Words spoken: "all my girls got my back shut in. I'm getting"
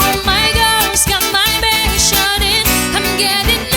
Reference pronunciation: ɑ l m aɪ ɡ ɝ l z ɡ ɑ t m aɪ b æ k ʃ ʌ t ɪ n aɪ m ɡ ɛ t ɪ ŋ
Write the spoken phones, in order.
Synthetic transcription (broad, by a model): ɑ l m aɪ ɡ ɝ z ɡ ɑ t m aɪ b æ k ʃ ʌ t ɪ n aɪ m ɡ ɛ t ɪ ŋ